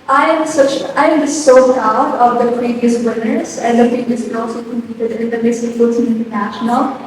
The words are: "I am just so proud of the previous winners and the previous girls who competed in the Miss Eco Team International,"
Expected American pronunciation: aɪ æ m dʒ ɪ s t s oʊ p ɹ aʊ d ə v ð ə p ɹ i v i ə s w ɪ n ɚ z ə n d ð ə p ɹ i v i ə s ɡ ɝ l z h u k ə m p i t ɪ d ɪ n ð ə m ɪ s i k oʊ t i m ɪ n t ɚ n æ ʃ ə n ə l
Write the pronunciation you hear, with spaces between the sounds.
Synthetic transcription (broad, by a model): aɪ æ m tʃ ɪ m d s oʊ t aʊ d ə v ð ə p ɹ i v i ə s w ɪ n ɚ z ə n d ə p ɹ i v i ə s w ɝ l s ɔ k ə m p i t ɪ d ɪ n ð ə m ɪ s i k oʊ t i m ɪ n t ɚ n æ ʃ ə n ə l